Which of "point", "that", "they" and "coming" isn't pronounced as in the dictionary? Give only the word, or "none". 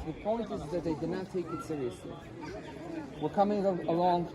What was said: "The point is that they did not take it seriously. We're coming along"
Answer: point